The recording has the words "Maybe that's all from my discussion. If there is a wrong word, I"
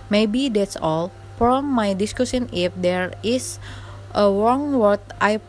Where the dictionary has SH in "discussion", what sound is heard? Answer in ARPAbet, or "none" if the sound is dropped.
S